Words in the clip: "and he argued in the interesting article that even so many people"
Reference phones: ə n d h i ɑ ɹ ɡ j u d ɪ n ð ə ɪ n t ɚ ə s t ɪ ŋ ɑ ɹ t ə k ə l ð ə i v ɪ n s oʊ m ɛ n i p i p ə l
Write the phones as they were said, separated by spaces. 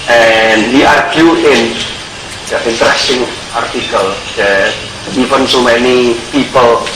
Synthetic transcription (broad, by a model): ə n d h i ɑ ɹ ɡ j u ɪ n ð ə ɪ n t ɚ ə s t ɪ ŋ ɑ ɹ t ə k ə l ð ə i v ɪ n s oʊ m ɛ n i p i p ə l